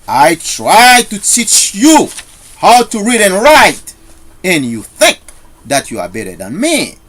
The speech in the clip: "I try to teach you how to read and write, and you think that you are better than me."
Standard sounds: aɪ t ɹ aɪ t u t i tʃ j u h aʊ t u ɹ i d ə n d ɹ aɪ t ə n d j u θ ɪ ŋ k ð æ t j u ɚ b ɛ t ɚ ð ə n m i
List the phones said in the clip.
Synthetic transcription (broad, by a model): aɪ t ɹ aɪ t u t i tʃ j u h aʊ t u ɹ i d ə n ɹ aɪ t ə n j u θ ɪ ŋ k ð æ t j u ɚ b ɛ t ɚ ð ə n m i